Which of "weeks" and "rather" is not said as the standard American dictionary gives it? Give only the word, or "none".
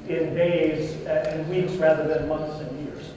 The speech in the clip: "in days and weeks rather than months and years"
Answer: none